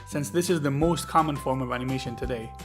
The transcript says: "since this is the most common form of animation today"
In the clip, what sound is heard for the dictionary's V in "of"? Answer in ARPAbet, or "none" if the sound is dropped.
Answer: V